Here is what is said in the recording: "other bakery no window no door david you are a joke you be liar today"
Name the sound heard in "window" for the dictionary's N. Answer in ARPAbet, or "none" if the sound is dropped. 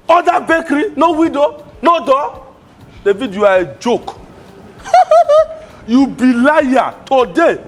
none